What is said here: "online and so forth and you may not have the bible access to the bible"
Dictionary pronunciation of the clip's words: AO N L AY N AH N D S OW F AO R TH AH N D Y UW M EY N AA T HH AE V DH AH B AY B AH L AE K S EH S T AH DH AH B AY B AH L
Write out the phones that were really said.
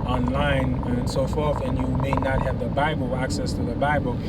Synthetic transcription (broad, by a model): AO N L AY N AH N S OW F AO R TH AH N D Y UW M EY N AA T HH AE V DH AH B AY B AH L AE K S EH S T AH DH AH B AY B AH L